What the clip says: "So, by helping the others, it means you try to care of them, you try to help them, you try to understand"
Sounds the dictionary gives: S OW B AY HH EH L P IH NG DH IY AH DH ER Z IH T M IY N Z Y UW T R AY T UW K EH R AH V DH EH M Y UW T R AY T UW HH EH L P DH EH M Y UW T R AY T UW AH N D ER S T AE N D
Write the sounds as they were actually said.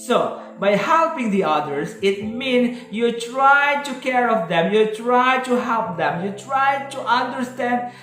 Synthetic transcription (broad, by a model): S OW B AY HH EH L P IH NG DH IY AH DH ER S IH T M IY N S Y UW T R AY T UW K EH R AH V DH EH M Y UW T R AY T UW HH EH L P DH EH M Y UW T R AY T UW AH N D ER S T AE N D